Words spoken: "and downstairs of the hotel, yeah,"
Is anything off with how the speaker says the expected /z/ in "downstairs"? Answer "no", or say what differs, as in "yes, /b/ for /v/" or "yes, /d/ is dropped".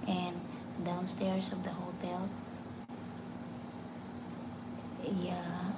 yes, /s/ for /z/